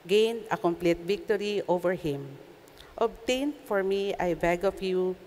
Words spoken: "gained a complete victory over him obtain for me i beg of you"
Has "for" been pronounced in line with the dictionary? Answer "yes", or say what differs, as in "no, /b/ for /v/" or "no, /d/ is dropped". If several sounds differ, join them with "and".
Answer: yes